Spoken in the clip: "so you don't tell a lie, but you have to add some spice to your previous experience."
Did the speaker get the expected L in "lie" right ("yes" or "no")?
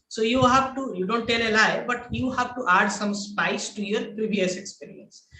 yes